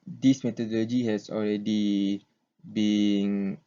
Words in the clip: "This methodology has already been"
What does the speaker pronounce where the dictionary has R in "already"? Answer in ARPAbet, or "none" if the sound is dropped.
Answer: R